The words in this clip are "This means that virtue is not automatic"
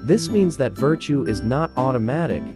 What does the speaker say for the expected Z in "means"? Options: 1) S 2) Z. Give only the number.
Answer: 2